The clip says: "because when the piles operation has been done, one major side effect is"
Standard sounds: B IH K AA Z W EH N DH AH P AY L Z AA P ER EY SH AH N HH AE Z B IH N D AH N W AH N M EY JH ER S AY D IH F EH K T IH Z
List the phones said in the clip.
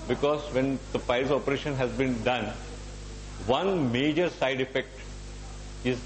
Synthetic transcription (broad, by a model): B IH K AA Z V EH N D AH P AY Z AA P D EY SH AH N HH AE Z B IH N D AH N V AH N M EY JH ER S AY D IH F EH K T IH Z